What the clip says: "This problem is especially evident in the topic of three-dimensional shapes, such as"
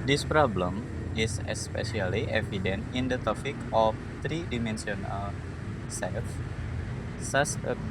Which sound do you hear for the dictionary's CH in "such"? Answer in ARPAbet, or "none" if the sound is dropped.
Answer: S